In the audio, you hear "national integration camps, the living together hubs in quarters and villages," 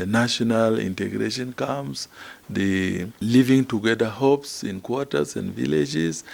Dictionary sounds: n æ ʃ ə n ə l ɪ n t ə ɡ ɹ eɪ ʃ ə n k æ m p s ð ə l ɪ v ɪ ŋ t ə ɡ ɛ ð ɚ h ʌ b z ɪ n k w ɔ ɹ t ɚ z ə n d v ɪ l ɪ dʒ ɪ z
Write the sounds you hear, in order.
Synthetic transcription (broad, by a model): n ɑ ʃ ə n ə l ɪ n t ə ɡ ɹ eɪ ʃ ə n k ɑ m s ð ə l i v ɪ ŋ t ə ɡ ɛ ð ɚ h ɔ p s ɪ n k w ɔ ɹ t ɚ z ə n d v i l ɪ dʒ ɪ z